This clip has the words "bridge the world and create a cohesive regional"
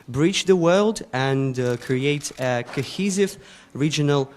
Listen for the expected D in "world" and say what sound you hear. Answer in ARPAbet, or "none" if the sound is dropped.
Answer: D